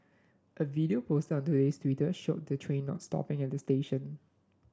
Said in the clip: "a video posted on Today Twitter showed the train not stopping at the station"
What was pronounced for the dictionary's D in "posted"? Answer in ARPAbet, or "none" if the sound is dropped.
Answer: none